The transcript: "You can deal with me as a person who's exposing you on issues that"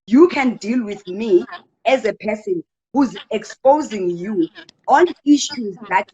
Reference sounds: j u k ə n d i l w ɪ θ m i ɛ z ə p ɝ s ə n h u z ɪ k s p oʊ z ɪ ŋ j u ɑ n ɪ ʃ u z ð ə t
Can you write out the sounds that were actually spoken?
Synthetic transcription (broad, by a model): j u k ə n d i l w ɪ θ m i ɛ z ə p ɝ s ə n h u z ɪ k s p oʊ z ɪ ŋ j u ɑ n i ʃ u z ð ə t